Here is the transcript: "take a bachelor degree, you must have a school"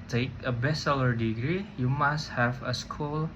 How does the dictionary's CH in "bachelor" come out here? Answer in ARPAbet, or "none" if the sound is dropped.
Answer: S